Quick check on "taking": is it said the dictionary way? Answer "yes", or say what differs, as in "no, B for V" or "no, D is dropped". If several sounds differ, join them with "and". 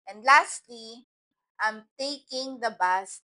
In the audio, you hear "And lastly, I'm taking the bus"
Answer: yes